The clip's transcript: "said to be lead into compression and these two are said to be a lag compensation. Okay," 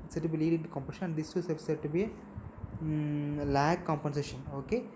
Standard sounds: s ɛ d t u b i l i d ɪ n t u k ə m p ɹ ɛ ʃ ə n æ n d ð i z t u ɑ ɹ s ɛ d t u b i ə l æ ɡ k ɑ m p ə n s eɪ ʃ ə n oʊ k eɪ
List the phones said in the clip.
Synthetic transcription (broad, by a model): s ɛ t u b i l i d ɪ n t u k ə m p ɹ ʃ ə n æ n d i s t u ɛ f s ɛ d t u b i ə l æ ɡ k ɑ m p ə n s eɪ ʃ ə n oʊ k eɪ